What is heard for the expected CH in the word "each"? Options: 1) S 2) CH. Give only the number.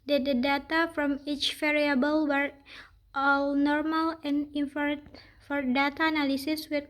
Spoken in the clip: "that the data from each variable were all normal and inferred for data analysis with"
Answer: 2